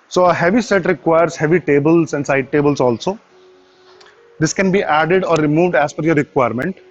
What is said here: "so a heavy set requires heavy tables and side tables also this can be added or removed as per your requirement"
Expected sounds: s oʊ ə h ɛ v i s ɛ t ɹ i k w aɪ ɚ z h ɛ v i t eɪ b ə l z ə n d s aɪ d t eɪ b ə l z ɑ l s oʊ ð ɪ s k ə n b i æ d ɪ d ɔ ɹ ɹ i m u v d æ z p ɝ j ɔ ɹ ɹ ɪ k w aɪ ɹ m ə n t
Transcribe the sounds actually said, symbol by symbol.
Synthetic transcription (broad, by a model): s oʊ ə h ɛ v i s ɛ t ɹ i k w aɪ ɚ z h ɛ v i t eɪ b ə l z ə n d s aɪ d t eɪ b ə l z ɑ l s oʊ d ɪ s k ə n b i æ d ɪ d ɔ ɹ ɹ i m u v d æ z f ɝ j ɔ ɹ ɹ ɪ k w aɪ ɹ m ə n t